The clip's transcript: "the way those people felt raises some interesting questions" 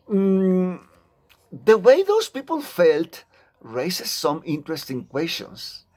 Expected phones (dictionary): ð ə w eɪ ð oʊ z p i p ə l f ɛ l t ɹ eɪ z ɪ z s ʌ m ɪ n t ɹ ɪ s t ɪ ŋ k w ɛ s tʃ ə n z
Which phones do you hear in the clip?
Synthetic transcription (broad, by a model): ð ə w eɪ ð oʊ s p i p ə l f ɛ l t ɹ eɪ s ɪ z s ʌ m ɪ n t ɹ ɪ s t ɪ ŋ k w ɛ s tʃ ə n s